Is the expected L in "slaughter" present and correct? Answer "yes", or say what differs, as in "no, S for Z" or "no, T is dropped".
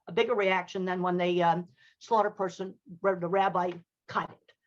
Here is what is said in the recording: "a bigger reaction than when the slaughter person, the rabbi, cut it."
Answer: yes